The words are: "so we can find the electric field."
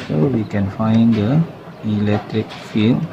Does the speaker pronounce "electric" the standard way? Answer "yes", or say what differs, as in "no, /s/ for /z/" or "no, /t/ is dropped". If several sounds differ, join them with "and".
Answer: yes